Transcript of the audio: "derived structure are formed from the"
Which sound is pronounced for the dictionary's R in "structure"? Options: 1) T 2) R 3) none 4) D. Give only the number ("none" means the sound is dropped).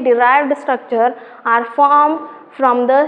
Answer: 2